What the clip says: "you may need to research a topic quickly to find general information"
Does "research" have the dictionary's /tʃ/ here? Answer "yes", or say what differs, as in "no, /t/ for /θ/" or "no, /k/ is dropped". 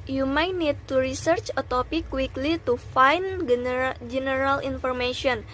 yes